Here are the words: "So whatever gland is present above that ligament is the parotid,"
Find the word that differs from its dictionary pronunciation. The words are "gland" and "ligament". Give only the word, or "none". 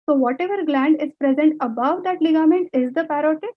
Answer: none